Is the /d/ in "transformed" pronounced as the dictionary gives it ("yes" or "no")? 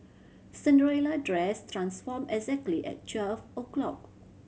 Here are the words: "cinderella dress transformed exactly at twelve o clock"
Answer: no